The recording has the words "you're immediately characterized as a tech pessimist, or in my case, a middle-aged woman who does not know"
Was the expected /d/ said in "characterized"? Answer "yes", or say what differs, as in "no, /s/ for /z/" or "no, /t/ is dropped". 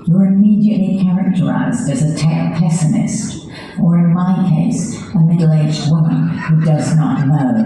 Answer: yes